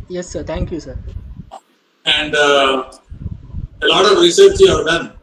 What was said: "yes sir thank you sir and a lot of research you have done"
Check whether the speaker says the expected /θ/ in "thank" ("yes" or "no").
no